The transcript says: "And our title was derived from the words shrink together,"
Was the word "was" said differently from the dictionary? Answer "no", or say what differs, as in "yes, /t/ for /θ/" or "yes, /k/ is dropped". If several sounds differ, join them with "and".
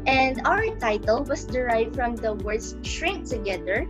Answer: yes, /s/ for /z/